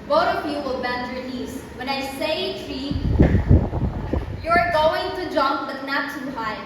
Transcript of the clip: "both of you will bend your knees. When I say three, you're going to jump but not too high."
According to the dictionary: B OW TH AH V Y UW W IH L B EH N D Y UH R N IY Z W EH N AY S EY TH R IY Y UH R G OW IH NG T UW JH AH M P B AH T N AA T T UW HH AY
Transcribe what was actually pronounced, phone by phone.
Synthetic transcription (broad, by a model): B OW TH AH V Y UW W IH L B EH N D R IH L IY S W EH N AY S EY T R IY Y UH R G OW IH NG T UW JH AH M P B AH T N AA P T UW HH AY